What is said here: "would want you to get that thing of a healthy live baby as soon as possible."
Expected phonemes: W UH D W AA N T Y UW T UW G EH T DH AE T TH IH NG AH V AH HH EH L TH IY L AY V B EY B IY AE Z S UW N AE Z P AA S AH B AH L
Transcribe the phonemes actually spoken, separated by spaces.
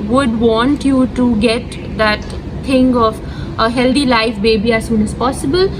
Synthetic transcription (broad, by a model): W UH D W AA N T Y UW T UW G EH T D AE T T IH NG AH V AH HH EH L T IY L AY F B EY B IY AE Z S UW N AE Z P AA S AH B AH L